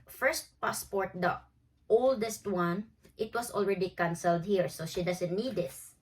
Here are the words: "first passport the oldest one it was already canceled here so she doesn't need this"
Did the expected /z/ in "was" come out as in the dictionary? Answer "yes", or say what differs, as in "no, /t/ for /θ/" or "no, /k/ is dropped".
no, /s/ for /z/